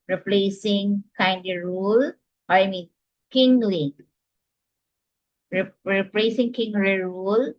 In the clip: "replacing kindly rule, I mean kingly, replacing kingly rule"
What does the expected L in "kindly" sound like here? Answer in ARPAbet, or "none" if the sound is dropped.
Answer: none